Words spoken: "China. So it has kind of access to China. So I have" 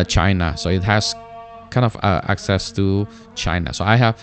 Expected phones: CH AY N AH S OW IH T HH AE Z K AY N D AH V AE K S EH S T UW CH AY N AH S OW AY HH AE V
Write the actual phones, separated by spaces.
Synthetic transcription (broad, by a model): CH AY N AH S OW IH T HH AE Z K AY N D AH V AE K S EH S T UW CH AY N AH S OW AY HH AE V